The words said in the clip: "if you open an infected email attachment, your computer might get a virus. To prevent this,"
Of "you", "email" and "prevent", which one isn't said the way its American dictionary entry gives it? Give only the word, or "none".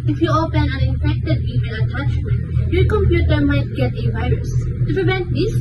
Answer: email